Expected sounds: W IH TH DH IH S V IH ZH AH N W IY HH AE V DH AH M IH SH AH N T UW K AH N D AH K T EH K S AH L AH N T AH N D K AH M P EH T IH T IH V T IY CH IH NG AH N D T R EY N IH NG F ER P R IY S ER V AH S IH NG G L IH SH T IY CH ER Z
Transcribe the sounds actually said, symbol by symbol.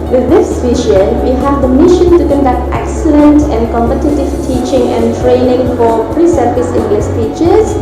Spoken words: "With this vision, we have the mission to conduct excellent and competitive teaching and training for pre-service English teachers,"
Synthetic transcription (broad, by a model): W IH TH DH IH S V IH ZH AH N W IY HH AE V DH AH M IH SH AH N T UW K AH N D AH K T EH K S AH L AH N T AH N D K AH M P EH T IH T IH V T IY CH IH NG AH N T R EY N IH NG F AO P R IY S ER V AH S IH NG G L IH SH T IY CH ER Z